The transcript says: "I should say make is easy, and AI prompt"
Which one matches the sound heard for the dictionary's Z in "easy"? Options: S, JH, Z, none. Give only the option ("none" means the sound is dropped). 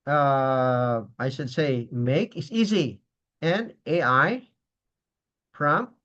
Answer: Z